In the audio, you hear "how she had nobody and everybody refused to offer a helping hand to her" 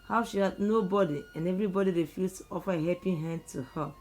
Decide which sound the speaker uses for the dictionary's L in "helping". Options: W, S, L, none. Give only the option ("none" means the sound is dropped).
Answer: none